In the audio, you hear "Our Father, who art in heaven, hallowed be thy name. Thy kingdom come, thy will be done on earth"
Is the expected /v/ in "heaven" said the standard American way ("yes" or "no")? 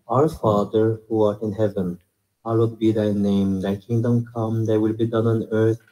yes